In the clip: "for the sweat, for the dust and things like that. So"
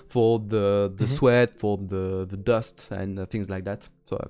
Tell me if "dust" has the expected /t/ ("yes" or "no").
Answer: yes